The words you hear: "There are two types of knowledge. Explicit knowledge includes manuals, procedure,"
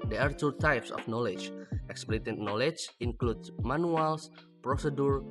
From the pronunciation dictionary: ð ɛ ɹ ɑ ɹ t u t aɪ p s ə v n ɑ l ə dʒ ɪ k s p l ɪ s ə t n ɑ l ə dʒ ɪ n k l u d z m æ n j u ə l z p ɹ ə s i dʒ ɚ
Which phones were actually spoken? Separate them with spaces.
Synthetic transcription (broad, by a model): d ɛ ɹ ɑ ɹ t u t aɪ p s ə f n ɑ l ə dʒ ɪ k s p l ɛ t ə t n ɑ l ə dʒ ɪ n k l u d m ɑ n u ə l s p ɹ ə s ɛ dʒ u